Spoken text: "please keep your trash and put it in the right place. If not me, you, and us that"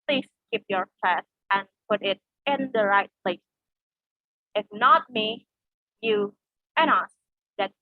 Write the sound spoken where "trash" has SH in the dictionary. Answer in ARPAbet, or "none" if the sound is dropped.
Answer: S